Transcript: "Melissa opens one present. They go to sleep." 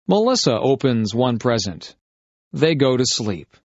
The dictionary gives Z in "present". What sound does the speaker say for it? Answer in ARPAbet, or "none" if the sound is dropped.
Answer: Z